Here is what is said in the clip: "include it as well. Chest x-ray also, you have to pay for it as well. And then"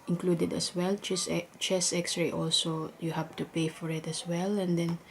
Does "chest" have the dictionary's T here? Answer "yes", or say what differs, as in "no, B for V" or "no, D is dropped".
no, T is dropped